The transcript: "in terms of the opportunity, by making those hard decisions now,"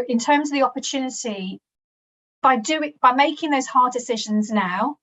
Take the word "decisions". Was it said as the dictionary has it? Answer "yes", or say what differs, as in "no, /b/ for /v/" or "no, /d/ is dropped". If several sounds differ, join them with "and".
yes